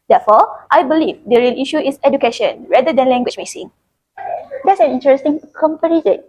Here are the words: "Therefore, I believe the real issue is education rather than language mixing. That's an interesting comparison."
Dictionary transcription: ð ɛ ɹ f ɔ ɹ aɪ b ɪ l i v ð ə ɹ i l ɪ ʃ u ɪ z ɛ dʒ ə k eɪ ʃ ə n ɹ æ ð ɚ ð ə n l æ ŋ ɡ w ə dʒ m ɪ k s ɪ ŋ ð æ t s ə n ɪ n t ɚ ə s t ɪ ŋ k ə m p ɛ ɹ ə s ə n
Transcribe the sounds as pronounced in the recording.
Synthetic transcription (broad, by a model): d ɛ f ɔ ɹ aɪ b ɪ l i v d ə ɹ i l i ʃ u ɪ s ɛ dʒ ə k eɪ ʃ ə n ɹ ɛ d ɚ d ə n l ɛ ŋ ɡ w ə tʃ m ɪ s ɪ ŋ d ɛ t s ə n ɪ n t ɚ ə s t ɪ ŋ k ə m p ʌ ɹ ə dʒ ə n